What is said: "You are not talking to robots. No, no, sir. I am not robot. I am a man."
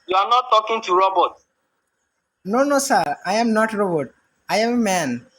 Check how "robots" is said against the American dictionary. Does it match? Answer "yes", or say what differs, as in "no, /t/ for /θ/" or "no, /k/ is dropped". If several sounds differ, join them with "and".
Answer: no, /s/ is dropped